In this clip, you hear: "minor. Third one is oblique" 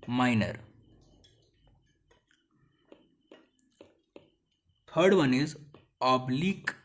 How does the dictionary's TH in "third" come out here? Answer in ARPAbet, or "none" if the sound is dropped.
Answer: T